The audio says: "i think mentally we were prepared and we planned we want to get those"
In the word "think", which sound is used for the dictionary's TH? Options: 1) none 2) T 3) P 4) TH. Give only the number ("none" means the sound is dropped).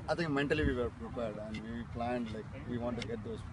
2